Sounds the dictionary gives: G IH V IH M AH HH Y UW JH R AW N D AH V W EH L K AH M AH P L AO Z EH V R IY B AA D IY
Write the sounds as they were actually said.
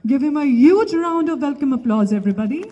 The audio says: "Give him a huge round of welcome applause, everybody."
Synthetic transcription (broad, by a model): G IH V IH M AH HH Y UW JH R AW N D AH V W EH L K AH M AH P L AO Z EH V R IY B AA D IY